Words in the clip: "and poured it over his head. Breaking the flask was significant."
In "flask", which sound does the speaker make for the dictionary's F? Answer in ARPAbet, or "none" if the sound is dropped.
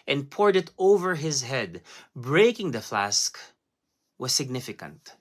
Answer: F